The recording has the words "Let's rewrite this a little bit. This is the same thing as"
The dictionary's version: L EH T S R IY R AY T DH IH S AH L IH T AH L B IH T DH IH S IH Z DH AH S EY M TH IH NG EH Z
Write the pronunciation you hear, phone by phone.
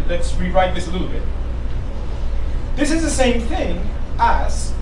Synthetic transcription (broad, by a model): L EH T S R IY R AY T DH IH S AH L IH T L B IH T DH IH S IH Z DH AH S EY M TH IH NG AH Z